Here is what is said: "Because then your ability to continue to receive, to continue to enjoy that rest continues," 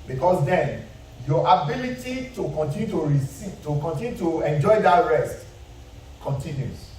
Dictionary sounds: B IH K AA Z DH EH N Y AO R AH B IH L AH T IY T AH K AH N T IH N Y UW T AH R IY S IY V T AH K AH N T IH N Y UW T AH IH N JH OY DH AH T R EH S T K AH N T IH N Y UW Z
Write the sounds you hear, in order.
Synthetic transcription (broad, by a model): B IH K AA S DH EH N Y AO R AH B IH L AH T IY T AH K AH N T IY N Y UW T AH R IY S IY T AH K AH N T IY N Y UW T AH IH N JH OY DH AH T R EH S T K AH N T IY N Y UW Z